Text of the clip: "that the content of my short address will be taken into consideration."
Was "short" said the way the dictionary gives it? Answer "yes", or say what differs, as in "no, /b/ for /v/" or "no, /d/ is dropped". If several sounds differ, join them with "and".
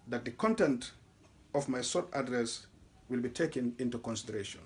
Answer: no, /s/ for /ʃ/